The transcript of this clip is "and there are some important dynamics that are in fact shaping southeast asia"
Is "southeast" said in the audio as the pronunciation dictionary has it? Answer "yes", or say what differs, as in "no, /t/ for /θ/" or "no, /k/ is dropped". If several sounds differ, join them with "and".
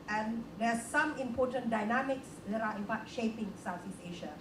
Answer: no, /t/ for /θ/ and /t/ is dropped